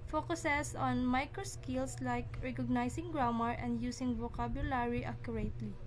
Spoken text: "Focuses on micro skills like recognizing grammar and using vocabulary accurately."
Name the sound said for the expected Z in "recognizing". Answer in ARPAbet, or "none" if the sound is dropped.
S